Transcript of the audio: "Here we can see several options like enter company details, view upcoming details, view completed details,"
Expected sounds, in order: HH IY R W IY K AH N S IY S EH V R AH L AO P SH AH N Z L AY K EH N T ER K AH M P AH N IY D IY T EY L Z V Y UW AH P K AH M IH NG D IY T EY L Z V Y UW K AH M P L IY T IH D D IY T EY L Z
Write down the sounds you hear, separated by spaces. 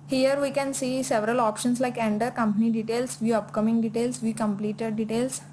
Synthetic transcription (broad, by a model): HH IY R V IY K AH N S IY S EH V R AH L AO P SH AH N S L AY K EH N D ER K AH M P AH N IY D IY T EY L S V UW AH P K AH M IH NG D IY T EY L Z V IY K AH M P L IY T IH D D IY T EY L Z